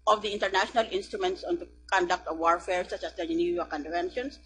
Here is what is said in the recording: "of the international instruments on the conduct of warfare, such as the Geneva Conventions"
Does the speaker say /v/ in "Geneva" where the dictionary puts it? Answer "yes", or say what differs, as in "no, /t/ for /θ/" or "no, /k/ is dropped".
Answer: no, /v/ is dropped